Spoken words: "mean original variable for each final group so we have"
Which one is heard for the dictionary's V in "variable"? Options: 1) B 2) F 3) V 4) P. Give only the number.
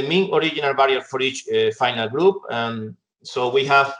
1